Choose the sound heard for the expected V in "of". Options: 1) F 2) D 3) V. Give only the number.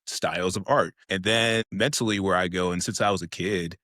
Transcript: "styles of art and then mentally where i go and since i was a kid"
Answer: 3